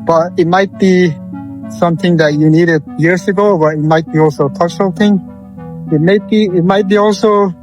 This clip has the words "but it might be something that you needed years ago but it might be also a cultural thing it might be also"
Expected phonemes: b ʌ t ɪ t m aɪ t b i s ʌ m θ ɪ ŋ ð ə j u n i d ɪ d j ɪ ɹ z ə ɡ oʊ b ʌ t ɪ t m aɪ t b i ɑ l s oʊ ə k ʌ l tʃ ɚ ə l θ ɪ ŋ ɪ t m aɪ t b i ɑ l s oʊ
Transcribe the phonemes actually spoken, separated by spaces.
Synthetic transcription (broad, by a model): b ʌ t ɪ t m aɪ t b i s ʌ m θ ɪ ŋ ð ə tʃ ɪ n i d ɪ d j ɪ ɹ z ə ɡ oʊ b ʌ t ɪ t m aɪ t b i ɑ l s oʊ ə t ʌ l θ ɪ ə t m ɪ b ɪ t m aɪ t b i ɑ l s oʊ